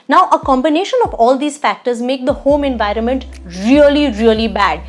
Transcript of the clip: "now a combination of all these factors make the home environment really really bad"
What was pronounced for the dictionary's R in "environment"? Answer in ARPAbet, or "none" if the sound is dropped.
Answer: R